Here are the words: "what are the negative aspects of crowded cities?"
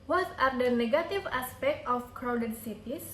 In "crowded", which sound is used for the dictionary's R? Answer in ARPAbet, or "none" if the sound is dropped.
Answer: R